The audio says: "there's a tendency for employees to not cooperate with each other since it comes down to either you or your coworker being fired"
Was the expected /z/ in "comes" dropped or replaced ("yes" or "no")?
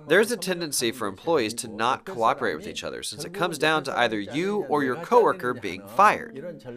no